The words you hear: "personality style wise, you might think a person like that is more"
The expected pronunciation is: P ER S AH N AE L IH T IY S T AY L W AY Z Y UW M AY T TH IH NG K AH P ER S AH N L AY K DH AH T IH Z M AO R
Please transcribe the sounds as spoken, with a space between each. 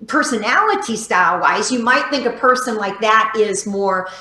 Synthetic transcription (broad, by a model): P ER S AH N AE L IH T IY S T AY L W AY Z Y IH M AY T TH IH NG K AH P ER S AH N L AY K DH AH T IH Z M AO R